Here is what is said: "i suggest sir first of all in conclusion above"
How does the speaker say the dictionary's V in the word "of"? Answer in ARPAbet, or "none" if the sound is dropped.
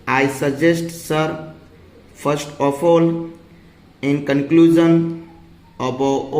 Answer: P